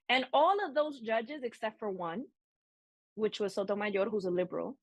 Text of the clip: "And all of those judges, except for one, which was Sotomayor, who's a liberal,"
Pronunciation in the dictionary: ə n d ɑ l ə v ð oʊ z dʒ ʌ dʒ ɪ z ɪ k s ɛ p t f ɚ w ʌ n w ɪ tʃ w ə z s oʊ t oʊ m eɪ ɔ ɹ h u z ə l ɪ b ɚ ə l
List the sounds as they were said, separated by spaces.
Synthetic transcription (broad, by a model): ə n ɑ l ə v ð oʊ z dʒ ʌ dʒ ɪ z ɪ k s ɛ p t f ɚ w ʌ n w ɪ tʃ w ə z s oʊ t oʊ m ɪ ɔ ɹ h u z ə l ɪ b ɚ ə l